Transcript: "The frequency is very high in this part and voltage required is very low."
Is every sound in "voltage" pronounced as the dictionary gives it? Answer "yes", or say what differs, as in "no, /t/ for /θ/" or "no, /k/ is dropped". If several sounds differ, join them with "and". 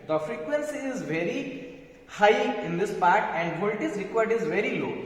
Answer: no, /z/ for /dʒ/